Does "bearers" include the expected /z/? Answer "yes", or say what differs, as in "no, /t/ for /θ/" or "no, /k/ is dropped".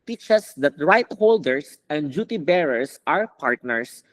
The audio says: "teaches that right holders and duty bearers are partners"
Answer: no, /s/ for /z/